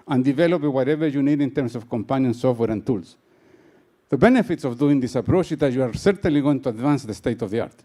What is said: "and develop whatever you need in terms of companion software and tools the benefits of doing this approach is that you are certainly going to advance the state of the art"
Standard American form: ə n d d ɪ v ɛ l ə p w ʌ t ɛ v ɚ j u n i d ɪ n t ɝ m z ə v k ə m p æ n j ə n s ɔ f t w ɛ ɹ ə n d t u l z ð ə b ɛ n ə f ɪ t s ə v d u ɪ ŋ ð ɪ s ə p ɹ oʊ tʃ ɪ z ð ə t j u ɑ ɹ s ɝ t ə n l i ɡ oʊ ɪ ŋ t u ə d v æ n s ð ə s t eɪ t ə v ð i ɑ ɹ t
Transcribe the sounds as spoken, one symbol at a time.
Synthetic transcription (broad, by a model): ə n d d ɪ v ɛ l ə p w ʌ t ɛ v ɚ j u n i d ɪ n t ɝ m s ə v k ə m p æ n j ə n s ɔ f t w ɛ ɹ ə n t u l s ð ə b ɛ n ə f ɪ t s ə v d u ɪ ŋ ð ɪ s ə p ɹ oʊ tʃ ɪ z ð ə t j u ɑ ɹ s ɝ t ə n l i ɡ oʊ ɪ ŋ t u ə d v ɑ n s ð ə s t eɪ t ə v ð i ɑ ɹ t